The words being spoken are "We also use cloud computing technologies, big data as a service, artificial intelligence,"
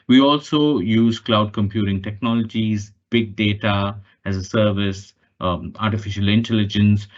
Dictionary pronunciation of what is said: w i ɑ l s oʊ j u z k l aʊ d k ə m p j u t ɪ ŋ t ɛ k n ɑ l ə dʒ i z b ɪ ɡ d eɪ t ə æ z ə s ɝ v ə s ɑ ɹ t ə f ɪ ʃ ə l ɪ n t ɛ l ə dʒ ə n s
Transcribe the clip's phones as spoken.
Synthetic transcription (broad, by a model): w i ɑ l s oʊ j u z k l aʊ d k ə m p j u t ɪ ŋ t ɛ k n ɑ l ə dʒ i z b ɪ ɡ d eɪ t ə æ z ə s ɝ v ə s ɑ ɹ t ə f ɪ ʃ ə l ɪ n t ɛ l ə dʒ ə n s